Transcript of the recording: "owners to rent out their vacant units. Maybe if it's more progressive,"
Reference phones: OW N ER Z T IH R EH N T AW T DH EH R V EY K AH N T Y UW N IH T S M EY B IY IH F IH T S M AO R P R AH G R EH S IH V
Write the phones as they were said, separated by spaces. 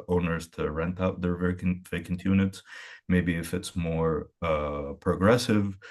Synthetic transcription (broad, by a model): OW N ER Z T IH R EH N T AW T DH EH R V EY K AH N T Y UW N IH T S M EY B IY IH F IH T S M AO R P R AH G R EH S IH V